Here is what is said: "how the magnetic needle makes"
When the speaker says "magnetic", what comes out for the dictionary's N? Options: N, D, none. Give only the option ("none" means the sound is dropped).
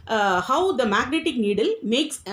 N